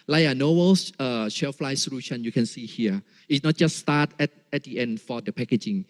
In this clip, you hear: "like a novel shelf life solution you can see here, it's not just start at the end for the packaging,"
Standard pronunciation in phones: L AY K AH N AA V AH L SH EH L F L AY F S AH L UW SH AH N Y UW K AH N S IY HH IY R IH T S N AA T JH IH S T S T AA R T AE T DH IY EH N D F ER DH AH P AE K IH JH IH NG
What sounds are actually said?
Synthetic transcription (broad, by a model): L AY AH N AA W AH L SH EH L F L AY S AH L UW SH AH N Y UW K AH N S IY HH IY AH IH T S N AA T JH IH S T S T AA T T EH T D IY EH N D F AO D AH P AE K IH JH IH NG